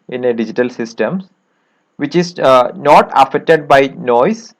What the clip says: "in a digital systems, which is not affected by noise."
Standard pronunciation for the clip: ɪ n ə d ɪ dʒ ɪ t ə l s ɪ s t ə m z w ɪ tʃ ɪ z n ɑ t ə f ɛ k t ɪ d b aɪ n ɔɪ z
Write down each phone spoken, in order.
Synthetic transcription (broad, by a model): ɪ n ə d ɪ dʒ ɪ t ə l s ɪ s t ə m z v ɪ tʃ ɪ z n ɑ t ə f ɛ k t ɪ d b aɪ n ɔɪ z